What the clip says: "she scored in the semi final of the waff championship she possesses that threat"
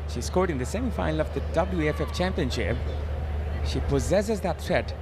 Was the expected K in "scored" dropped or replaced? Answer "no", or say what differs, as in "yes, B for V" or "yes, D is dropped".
no